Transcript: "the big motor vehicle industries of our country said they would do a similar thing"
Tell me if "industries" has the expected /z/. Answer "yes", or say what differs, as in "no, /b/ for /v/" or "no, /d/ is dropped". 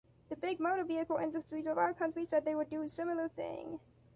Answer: yes